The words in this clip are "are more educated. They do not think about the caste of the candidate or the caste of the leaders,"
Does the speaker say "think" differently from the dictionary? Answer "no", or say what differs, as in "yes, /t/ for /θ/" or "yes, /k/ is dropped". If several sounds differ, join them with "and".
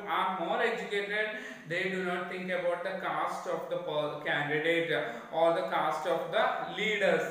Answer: yes, /t/ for /θ/